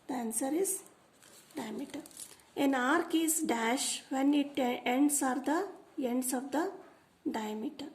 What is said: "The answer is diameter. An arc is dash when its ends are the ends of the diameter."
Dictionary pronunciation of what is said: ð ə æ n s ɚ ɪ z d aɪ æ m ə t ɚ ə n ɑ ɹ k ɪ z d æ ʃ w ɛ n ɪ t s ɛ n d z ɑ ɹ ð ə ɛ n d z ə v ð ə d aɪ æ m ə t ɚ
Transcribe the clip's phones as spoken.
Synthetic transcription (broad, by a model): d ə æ n s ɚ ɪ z d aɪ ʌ m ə t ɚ ə n ɑ ɹ k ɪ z d æ ʃ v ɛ n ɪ t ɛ n d s ɑ ɹ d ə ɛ n d s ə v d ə d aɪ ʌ m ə t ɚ